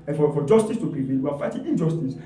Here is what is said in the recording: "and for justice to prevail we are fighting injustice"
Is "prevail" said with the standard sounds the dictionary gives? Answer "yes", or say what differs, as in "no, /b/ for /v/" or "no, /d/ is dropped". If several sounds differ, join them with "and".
no, /n/ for /l/